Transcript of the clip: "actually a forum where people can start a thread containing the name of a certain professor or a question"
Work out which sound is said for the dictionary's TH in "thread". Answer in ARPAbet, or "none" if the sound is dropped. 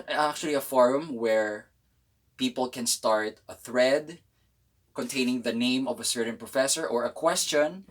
TH